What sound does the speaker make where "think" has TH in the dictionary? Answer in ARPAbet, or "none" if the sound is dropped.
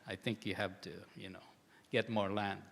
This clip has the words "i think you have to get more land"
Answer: TH